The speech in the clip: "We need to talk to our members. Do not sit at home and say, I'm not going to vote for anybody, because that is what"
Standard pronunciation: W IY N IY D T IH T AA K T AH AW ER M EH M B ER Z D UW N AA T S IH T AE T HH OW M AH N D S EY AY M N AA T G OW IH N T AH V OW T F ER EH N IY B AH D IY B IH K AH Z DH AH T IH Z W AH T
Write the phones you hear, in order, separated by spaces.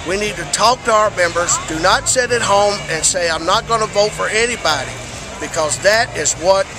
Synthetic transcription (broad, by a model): W IY N IY D T IH T AA K T AH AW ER M EH M B ER Z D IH N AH T S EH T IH T HH OW M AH N S EY AY M N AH T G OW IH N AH V OW T F ER EH N IY B AH D IY B IH K AH Z DH AH T IH Z W AH T